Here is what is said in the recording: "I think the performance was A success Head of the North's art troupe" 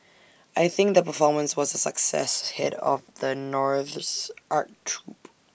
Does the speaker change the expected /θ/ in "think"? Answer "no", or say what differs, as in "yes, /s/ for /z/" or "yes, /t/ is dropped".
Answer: no